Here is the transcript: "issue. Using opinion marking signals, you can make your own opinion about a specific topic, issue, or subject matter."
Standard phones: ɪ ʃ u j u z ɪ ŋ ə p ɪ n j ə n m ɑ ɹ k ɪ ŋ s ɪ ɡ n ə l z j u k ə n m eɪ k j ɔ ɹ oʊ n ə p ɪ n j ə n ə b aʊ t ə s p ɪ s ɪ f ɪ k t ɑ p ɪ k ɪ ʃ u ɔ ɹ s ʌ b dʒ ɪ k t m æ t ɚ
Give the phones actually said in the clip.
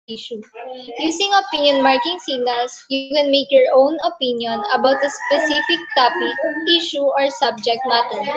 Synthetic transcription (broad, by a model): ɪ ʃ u j u s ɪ ŋ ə p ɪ n j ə n m ɑ ɹ k ɪ ŋ s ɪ ɡ n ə l s j u k ə n m eɪ k j ɔ ɹ oʊ n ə p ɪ n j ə n ə b aʊ t ə s p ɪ s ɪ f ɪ k t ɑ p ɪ ɪ ʃ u ɔ ɹ s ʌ b dʒ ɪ k t m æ t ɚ